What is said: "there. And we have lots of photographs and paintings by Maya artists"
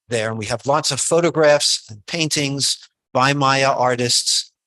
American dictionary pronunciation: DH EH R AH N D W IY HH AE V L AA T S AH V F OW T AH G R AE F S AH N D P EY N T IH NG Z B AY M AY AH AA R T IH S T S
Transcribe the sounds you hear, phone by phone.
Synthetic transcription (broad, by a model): DH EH R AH N W IY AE V L AA T S AH V F OW T AH G R AE F S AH N P EY N T IH NG Z B AY M AY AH AA R T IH S T S